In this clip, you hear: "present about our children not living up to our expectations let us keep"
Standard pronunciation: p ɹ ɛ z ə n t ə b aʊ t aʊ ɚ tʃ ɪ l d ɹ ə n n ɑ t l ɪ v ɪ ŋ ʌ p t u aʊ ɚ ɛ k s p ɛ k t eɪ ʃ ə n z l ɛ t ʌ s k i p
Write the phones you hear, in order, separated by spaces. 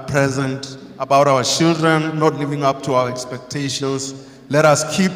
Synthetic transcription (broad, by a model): p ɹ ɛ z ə n t ə b aʊ t aʊ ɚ tʃ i l d ɹ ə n n ɑ t l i v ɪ ŋ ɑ p t u aʊ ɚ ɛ k s p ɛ k t eɪ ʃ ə n s l ɛ t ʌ s k i p